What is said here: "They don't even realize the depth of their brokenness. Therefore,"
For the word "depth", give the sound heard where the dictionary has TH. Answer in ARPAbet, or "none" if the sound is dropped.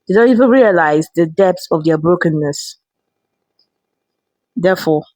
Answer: S